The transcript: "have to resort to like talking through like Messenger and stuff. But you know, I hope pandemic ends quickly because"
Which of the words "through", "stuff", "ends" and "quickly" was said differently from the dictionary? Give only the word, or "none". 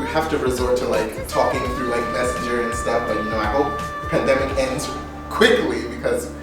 none